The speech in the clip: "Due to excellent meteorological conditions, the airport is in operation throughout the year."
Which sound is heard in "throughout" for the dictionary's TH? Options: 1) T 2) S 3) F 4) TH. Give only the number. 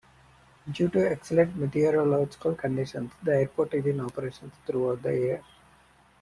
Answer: 1